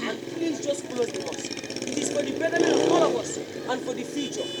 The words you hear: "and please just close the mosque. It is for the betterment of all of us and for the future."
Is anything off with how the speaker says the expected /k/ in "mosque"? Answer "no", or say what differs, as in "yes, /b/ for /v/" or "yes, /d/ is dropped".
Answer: yes, /k/ is dropped